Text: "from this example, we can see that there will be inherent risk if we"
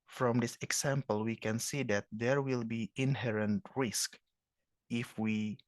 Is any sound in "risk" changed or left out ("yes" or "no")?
no